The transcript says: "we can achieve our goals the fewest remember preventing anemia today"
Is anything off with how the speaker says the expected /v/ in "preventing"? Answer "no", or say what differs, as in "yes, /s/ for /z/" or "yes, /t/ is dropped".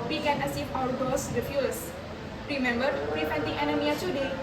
yes, /f/ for /v/